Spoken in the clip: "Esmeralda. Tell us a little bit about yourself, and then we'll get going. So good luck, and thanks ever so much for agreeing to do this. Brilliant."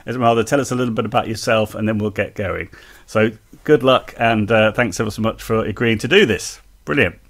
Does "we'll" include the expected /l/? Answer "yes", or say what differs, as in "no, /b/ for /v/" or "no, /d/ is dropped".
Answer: yes